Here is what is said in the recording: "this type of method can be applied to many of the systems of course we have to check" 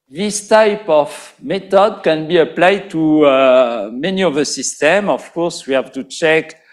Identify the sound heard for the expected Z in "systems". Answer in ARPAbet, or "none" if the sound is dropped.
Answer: none